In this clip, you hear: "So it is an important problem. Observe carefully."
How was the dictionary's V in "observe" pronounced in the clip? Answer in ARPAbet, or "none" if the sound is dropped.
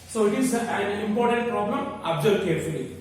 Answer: B